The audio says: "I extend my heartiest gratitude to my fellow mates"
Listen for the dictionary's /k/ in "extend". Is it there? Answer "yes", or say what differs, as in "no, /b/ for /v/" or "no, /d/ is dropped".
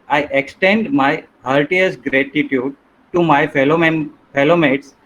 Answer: yes